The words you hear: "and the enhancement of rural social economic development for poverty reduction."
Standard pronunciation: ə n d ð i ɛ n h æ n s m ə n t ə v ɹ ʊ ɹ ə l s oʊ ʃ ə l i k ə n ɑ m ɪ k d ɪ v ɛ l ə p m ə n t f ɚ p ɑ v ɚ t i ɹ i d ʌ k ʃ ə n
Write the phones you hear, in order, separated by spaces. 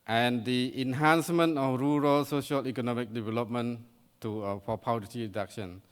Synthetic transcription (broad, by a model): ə n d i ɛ n h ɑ n s m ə n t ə f ɹ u ɹ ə l s oʊ ʃ ə l i k ə n ɑ m ɪ k d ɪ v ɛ l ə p m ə n t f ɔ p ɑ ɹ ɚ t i ɹ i d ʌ k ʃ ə n